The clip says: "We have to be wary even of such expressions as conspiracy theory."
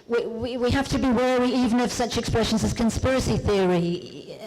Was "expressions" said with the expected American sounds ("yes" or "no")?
yes